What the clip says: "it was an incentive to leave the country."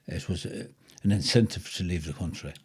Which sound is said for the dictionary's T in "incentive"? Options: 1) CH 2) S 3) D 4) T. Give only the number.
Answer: 4